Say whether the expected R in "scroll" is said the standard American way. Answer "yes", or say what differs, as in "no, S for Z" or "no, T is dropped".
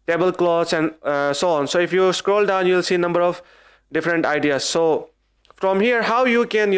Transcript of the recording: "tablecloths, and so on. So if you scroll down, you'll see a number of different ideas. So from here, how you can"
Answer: yes